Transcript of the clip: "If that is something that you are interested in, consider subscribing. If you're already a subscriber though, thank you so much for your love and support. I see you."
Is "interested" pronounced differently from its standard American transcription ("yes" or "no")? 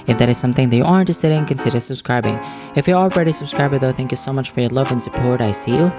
yes